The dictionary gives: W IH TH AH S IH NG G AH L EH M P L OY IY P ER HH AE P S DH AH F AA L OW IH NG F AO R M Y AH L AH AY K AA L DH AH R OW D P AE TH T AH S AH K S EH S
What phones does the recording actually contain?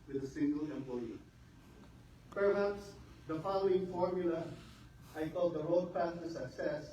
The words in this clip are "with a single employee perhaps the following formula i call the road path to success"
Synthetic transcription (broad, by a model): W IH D AH S IH NG G AH L EH M P L OY IY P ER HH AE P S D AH F AA L OW IH NG F AO R M Y AH L AH AY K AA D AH R OW D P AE S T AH S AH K S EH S